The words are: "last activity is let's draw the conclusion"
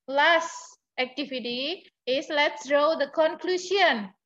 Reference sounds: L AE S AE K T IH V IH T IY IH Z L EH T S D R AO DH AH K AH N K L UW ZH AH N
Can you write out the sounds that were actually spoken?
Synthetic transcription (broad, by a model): L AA S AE K T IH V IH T IY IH S L EH T S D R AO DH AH K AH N K L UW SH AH N